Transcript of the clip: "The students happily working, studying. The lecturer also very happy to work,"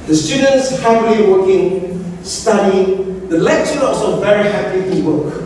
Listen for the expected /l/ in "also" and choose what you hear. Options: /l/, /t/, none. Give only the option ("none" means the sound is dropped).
none